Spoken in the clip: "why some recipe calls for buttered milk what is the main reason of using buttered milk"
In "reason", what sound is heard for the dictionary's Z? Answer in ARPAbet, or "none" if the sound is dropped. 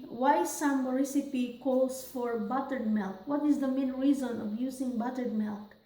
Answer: Z